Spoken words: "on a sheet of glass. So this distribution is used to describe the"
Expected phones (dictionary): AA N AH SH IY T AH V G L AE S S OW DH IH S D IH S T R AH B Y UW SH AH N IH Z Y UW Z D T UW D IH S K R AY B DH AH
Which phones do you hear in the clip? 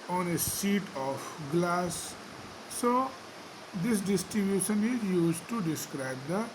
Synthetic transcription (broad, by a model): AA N AH S IY T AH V G L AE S S OW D IH S D IH S T R AH B Y UW SH AH N IH Z Y UW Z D T UW D IH S K R AY B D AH